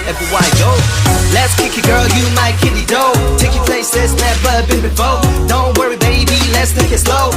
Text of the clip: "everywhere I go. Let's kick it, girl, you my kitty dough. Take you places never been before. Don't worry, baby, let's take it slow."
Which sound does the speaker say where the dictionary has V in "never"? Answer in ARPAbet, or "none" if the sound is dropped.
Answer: B